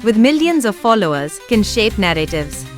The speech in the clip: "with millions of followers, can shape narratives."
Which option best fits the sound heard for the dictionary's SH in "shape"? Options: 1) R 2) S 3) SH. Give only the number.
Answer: 3